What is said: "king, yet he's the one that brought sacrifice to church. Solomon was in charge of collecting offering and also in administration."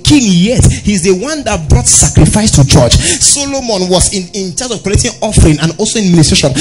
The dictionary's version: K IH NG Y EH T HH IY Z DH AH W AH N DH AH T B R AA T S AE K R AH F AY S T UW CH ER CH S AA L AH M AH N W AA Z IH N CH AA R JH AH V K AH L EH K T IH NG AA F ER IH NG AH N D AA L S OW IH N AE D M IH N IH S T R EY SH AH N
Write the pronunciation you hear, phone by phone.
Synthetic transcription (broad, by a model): K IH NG Y EH T HH IY Z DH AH W AH N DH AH T B R AA T S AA K R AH F AY S T UW CH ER CH S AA L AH M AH N W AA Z IH N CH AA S AH V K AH EH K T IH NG AA F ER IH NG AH N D AA L S OW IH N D M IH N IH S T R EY SH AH N